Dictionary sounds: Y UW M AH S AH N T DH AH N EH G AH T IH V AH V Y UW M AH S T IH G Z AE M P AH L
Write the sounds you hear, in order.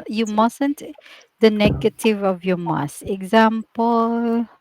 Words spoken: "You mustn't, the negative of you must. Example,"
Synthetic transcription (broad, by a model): Y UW M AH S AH N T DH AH N EH G AH T IH V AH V Y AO M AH S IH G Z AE M P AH L